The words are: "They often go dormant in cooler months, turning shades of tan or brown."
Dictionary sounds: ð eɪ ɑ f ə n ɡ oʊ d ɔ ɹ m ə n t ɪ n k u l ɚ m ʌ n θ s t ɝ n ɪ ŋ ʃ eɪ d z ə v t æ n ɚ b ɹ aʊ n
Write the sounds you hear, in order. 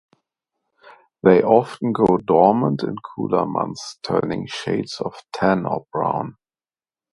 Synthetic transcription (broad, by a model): ð eɪ ɑ f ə n ɡ oʊ d ɔ ɹ m ə n t ɪ n k u l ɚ m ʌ n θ t ɝ n ɪ ŋ ʃ eɪ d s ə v t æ n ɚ b ɹ aʊ n